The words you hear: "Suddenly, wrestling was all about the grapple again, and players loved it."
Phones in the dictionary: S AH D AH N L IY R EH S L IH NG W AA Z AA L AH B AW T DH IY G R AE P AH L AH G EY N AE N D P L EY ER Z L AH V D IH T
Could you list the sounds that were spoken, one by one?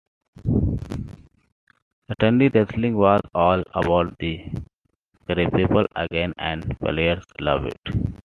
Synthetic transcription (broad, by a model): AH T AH N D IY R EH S L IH NG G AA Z AA L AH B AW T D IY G R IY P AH L AH G EY N AE N D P L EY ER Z L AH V IH T